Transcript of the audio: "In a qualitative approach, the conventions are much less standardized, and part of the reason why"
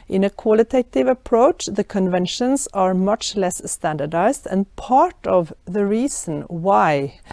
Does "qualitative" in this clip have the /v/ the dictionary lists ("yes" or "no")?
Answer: yes